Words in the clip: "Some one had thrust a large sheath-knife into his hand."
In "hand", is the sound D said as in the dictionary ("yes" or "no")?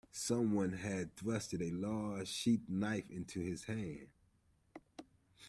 no